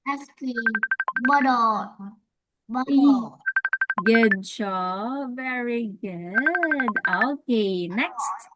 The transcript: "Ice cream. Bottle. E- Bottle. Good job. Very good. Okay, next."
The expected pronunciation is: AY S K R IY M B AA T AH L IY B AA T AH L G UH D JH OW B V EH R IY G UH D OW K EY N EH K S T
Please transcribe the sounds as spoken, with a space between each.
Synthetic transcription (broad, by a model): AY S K IY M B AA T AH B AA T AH G UH D SH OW V EH R IY G UH D OW K EY N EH K S T